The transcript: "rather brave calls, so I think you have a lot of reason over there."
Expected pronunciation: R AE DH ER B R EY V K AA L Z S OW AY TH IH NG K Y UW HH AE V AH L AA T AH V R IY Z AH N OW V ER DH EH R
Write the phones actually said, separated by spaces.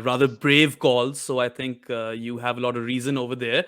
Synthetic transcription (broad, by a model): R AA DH ER B R EY V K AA L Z S OW AY T IH NG K Y UW HH AE V AH L AA T AH V R IY Z AH N OW V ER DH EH R